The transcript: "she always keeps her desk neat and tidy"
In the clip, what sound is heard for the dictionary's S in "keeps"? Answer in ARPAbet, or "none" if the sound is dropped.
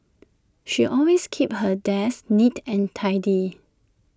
none